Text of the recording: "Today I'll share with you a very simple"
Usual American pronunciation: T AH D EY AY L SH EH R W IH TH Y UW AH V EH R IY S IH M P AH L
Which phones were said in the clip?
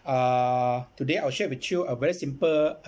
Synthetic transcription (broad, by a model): T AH D EY AY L SH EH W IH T Y UW AH V EH R IY S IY M P AH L